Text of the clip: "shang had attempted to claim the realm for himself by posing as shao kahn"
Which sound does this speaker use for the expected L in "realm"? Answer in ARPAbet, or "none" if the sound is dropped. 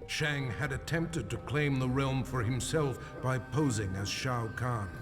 L